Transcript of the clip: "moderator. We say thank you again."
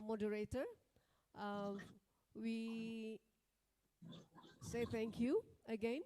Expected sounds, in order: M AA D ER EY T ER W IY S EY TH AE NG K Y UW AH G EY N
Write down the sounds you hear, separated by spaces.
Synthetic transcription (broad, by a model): M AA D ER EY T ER W IY S EY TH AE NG K Y UW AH G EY N